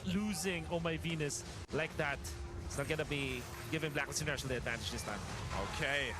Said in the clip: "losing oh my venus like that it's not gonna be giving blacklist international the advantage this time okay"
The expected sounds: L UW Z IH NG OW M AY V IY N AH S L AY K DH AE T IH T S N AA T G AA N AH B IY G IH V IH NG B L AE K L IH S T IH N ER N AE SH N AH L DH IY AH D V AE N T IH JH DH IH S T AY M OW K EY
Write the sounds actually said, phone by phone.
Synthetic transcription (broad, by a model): L UW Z IH NG OW M AY V IY N AH S L AY K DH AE T IH T S N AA T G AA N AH B IY G IH V IH NG B L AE K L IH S IH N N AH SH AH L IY AH D V AE N T IH JH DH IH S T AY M OW K EY